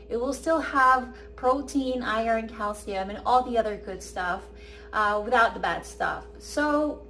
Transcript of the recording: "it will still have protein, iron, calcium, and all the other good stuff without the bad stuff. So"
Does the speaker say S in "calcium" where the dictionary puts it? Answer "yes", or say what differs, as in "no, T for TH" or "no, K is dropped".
yes